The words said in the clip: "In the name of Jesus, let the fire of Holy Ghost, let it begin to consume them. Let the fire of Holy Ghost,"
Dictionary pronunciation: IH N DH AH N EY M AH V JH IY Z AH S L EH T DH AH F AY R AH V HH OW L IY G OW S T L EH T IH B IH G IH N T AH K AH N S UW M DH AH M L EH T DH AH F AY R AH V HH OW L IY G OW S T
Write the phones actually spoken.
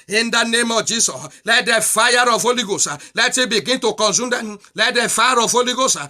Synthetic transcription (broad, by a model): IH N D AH N EY M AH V JH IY S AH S L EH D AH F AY R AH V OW L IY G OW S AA L EH T IH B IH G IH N T AH K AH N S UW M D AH L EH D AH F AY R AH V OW L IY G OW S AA